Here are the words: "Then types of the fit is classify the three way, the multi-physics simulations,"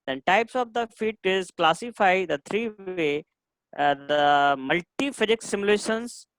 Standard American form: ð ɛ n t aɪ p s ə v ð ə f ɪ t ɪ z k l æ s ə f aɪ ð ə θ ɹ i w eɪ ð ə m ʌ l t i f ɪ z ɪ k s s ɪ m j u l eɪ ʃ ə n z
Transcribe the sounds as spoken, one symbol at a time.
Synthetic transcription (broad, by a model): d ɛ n t aɪ p s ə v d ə f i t ɪ z k l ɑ s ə f aɪ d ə t ɹ i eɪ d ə m ʌ l t i f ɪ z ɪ k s s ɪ m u l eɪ ʃ ə n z